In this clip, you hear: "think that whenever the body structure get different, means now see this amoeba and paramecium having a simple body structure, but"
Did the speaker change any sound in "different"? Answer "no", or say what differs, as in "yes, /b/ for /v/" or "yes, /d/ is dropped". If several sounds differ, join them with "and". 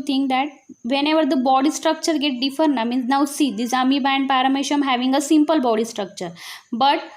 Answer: yes, /ɹ/ is dropped